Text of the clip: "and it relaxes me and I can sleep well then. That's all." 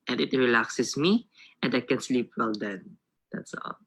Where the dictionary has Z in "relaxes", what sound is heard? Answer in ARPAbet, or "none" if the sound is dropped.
S